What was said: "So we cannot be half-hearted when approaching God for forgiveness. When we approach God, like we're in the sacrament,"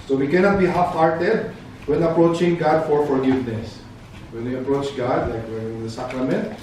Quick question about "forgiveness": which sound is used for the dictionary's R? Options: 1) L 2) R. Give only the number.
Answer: 2